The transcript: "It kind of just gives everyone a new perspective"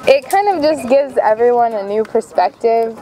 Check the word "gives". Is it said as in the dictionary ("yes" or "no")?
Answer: yes